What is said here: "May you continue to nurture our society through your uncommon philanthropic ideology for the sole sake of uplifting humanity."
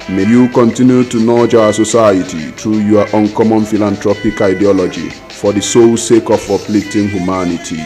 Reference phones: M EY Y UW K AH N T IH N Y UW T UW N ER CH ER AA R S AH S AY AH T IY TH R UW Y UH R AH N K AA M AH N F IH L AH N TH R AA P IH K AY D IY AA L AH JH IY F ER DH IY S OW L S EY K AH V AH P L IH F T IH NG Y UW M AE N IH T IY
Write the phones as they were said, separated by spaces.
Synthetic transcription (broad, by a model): M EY Y UW K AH N T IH N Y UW T UW N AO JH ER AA S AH S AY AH T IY T R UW Y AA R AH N K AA M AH N F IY L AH N T R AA P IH K AY D IY AA L AH JH IY F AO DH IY S OW L S EY K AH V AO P L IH T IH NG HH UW M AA N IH T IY